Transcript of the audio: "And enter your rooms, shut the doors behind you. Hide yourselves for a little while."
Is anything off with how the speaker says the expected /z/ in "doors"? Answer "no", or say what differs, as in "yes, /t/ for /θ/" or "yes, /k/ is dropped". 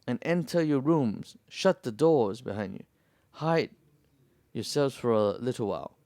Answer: no